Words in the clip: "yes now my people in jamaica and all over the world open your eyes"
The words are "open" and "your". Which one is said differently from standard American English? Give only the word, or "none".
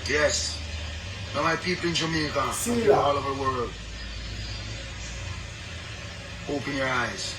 none